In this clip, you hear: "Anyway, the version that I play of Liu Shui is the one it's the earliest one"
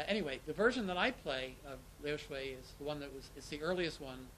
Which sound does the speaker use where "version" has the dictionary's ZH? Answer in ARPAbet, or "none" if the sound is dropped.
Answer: ZH